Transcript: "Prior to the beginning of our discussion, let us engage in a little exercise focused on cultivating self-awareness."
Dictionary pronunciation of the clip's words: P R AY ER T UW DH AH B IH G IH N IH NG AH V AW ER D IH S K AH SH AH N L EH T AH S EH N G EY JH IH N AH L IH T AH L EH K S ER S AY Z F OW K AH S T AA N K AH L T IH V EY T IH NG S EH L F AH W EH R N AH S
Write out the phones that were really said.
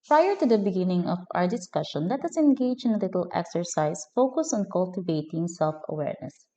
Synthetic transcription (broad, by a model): P R AY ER T UW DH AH B IH G IH N IH NG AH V AW ER D IH S K AH SH AH N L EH T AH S EH N G EY JH IH N AH L IH T AH L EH K S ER S AY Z F OW K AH S AA N K AH L T IH V EY T IH NG S EH L F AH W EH R N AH S